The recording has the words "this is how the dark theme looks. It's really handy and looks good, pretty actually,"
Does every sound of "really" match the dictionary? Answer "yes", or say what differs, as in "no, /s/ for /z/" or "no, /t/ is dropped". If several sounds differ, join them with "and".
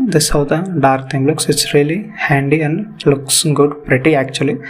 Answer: yes